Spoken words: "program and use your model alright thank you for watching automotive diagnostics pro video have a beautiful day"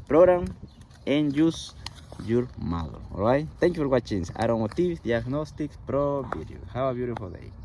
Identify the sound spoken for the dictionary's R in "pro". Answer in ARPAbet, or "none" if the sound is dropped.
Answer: R